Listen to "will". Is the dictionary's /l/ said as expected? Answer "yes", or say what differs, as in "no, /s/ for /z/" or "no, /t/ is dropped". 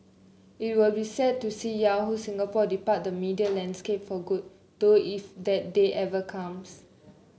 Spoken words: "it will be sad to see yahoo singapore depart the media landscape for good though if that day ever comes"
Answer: yes